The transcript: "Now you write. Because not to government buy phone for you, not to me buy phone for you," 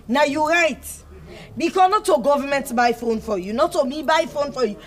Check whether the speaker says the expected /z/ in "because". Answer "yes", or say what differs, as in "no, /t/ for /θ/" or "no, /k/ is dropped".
no, /z/ is dropped